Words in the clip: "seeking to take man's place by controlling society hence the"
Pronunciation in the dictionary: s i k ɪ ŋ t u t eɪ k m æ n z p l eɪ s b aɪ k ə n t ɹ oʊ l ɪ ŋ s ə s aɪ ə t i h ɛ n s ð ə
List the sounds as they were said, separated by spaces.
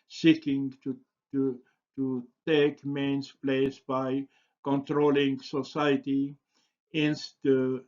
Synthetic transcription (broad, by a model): s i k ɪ ŋ t u t eɪ k m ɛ n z p l eɪ s b aɪ k ə n t ɹ oʊ l ɪ ŋ s ə s aɪ ə t i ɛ n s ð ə